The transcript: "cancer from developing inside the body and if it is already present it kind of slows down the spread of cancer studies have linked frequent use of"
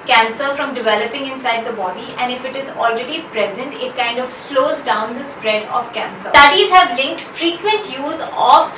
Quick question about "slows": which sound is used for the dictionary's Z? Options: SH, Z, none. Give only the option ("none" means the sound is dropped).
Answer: Z